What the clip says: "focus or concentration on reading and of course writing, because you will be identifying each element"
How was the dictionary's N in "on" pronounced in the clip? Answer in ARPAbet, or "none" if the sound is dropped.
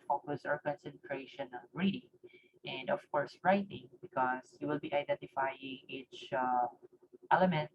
L